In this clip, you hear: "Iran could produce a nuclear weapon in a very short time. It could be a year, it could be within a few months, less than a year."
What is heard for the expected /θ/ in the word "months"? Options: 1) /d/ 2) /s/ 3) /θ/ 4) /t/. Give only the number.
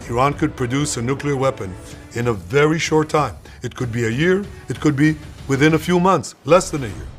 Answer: 3